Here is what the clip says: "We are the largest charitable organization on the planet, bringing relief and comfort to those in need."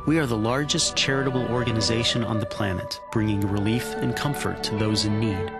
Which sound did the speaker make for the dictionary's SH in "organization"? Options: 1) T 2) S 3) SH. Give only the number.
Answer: 3